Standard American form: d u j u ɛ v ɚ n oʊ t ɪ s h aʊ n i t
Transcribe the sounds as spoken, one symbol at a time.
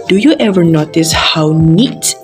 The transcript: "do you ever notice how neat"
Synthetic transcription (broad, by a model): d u j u ɛ v ɚ n oʊ t ɪ s h aʊ n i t